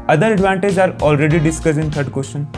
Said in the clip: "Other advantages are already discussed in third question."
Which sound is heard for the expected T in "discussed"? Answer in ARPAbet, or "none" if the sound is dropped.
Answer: none